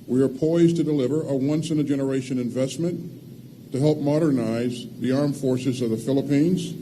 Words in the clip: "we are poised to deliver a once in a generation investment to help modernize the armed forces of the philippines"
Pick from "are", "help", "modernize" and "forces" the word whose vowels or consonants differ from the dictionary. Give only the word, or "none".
none